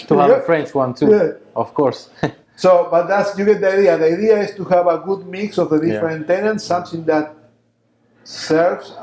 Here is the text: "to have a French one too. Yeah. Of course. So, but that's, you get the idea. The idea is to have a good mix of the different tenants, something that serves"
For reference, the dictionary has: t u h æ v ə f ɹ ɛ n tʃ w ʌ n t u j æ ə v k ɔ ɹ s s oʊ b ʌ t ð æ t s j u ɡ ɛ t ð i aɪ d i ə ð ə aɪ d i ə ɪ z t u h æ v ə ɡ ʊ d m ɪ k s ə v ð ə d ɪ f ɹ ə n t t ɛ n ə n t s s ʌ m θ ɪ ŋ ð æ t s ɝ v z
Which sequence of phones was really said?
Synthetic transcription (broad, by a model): t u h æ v ə f ɹ ɛ n tʃ w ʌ n t u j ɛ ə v k ɔ ɹ s s oʊ b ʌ t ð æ t s j u ɡ ɛ t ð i aɪ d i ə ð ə aɪ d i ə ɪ s t u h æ v ə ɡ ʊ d m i k s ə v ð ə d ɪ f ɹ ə n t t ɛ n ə n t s s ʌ m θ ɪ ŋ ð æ t s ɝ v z